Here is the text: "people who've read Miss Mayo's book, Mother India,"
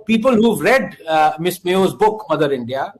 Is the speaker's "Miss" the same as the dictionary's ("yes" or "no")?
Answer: yes